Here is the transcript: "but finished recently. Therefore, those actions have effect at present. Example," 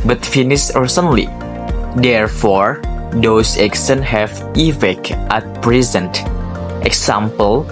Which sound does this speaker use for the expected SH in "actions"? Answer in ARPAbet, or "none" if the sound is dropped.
S